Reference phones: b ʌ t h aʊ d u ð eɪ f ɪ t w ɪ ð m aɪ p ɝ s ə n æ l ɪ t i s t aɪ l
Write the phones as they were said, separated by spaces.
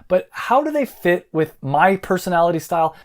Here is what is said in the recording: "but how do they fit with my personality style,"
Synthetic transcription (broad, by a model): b ʌ t h aʊ d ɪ ð eɪ f ɪ t w ɪ ð m aɪ p ɝ s ə n æ l ɪ t i s t aɪ l